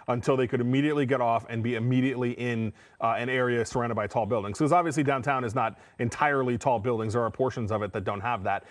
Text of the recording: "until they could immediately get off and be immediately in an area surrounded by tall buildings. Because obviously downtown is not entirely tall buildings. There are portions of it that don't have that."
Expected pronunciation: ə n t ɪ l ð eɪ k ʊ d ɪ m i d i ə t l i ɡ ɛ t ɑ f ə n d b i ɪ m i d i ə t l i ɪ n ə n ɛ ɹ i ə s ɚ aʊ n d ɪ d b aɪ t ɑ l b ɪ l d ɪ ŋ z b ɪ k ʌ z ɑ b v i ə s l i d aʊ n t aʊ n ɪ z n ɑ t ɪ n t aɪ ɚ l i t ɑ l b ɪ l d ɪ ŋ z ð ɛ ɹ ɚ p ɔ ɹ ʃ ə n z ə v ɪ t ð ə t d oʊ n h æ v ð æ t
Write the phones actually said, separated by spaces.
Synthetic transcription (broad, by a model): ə n t ɪ l ð eɪ k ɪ d ɪ m i d i ə t l i ɡ ɛ t ɑ f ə n b i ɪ m i d i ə t l i ɪ n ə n ɛ ɹ i ə s ɚ aʊ n d ɪ d b aɪ t ɑ l b ɪ l d ɪ ŋ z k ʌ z ɑ b v i ə s l i d aʊ n t aʊ n ɪ z n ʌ t ɪ n t aɪ ɚ l i t ɑ l b ɪ l d ɪ ŋ z ð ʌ ɹ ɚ p ɔ ɹ ʃ ə n z ə v ɪ t ð ə t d oʊ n h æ v ð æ t